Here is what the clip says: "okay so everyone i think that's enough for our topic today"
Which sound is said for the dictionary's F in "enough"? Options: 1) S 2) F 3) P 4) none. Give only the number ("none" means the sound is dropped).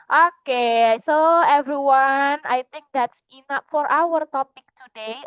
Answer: 3